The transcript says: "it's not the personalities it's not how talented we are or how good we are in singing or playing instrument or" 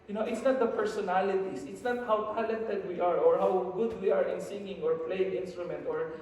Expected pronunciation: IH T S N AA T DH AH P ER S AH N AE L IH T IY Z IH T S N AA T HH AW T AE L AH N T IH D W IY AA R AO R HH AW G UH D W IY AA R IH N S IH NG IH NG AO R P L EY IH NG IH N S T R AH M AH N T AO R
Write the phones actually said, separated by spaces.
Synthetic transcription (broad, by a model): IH T S N AA T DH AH P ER S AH N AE L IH T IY S IH T S N AA T HH AW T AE L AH N T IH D W IY AA R AO R HH AW G UH D W IY AA R IH N S IH NG IH NG AO R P L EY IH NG IH N S T R AH M AH N T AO R